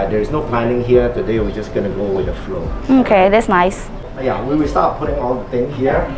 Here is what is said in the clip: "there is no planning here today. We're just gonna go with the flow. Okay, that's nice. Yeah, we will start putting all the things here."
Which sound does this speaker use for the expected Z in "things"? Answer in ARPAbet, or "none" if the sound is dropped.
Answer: none